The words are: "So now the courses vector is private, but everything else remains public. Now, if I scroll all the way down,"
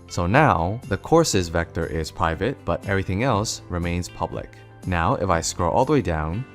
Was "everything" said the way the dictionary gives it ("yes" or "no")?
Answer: yes